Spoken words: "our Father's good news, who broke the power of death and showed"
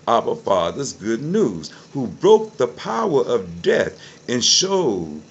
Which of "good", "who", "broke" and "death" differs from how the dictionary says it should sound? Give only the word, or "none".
none